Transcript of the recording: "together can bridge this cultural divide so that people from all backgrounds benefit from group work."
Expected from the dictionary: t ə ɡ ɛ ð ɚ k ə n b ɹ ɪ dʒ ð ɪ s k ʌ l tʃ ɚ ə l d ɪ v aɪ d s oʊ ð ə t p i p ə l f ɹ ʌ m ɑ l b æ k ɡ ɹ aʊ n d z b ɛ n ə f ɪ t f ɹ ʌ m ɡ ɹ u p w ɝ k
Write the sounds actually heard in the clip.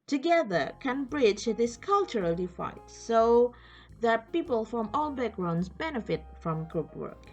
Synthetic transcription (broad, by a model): t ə ɡ ɛ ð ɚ k ə n b ɹ ɪ dʒ ð ɪ s k ʌ l tʃ ɚ ə l d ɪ f aɪ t s oʊ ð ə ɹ p i p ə l f ɹ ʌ m ɑ l b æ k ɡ ɹ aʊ n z b ɛ n ə f ɪ t f ɹ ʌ m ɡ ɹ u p w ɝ k